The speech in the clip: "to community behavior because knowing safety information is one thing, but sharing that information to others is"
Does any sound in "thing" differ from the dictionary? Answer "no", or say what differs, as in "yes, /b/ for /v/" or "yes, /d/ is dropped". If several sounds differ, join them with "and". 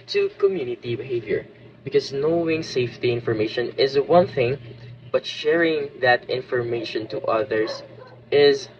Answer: no